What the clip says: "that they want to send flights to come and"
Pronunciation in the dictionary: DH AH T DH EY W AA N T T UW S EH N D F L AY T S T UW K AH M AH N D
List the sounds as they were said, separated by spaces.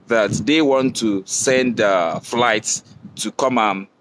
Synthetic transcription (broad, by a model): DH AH T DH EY W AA N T T UW S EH N D F L AY T S T UW K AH M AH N